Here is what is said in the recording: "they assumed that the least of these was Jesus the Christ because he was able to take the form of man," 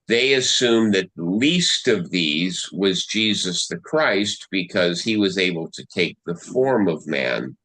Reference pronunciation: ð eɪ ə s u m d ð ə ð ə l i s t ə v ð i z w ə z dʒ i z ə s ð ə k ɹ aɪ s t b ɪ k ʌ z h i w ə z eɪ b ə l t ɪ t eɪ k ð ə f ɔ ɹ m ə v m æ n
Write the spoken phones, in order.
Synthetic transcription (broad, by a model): ð eɪ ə s u m ð ə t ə l i s t ə v ð i z w ə z dʒ i z ə s ð ə k ɹ aɪ s t b ɪ k ʌ z h i w ə z eɪ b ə l t ɪ t eɪ k ð ə f ɔ ɹ m ə v m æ n